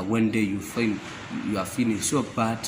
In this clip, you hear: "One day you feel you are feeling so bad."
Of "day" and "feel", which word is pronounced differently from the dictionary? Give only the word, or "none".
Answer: feel